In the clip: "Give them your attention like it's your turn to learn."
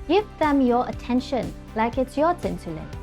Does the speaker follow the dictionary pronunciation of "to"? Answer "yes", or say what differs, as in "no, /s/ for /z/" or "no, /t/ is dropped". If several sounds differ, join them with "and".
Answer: no, /s/ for /t/